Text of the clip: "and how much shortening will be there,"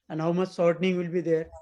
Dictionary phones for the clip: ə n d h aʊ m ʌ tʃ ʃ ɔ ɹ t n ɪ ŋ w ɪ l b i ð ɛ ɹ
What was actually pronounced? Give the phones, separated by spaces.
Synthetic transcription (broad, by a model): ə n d h aʊ m ʌ tʃ s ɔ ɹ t n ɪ ŋ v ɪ l b i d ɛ ɹ